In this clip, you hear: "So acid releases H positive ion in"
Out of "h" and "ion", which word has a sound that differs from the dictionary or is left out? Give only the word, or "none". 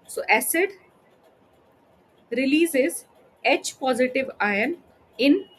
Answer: none